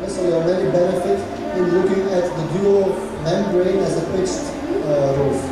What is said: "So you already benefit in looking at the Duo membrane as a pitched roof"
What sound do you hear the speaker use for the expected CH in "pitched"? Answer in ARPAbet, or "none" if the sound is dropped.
S